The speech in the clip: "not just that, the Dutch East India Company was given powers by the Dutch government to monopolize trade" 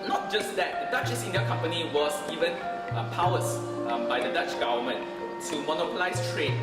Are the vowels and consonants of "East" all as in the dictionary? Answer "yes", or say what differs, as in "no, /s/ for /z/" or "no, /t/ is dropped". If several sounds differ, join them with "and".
no, /t/ is dropped